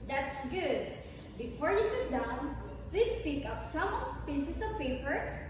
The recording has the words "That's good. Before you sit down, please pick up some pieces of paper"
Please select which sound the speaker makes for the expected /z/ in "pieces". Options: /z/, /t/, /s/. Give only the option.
/s/